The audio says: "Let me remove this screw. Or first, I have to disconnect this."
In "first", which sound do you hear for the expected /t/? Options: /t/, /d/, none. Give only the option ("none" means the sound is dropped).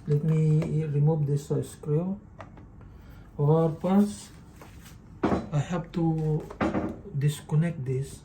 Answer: none